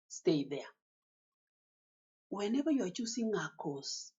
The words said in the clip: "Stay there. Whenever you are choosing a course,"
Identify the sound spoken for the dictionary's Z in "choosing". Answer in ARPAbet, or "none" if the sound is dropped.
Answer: S